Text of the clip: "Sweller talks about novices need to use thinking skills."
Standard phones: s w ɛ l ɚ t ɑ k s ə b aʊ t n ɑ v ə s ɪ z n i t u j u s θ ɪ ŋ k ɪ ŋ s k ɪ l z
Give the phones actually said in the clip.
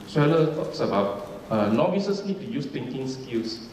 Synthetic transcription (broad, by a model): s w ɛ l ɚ t ɑ k s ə b aʊ t n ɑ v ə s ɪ s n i t u j u s t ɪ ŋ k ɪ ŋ s k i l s